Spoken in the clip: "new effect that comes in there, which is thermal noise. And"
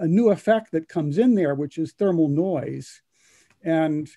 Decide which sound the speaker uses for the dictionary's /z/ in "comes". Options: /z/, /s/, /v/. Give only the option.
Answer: /z/